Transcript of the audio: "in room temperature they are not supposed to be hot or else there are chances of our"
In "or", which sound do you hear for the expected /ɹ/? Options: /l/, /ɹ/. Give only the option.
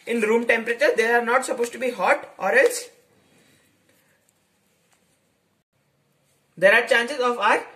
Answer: /ɹ/